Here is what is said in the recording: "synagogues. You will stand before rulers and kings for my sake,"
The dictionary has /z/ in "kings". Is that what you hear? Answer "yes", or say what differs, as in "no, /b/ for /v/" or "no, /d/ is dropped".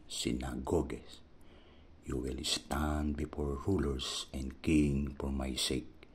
no, /z/ is dropped